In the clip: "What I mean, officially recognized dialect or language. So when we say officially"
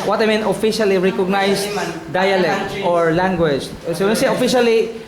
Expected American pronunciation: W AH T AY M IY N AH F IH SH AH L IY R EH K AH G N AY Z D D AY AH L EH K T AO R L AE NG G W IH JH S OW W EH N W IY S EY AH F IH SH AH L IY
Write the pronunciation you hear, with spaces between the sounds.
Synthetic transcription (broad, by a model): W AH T AY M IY N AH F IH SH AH L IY R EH K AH G N AY S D D AY AH L EH K T AO R L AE NG G W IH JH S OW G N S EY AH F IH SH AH L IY